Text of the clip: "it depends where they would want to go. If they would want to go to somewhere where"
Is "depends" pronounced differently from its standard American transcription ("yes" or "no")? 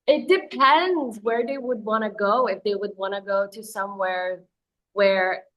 no